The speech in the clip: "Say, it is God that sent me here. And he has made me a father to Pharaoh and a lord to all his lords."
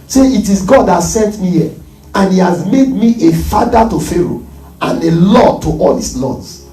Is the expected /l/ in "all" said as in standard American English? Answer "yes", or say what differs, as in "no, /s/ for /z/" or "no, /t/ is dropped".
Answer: yes